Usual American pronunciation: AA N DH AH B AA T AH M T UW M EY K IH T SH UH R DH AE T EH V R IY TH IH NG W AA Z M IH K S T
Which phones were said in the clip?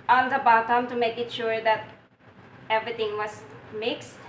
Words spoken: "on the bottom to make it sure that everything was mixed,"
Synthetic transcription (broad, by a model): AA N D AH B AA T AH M T UW M EY K IH T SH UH R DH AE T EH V R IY T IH NG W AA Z M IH K S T